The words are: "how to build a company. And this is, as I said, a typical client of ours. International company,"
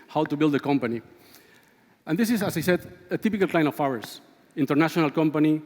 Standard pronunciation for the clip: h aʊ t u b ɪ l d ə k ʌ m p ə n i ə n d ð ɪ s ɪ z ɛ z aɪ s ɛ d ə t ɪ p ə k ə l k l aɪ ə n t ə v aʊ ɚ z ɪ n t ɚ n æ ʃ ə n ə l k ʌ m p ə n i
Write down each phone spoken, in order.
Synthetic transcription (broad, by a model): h aʊ t u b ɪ l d ə k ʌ m p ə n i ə n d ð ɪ s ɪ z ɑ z aɪ s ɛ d ə t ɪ p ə k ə l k l aɪ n ə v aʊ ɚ s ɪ n t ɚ n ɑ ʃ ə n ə l k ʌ m p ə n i